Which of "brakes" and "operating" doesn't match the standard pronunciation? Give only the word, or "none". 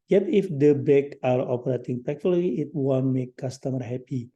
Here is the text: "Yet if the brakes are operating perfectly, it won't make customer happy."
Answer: brakes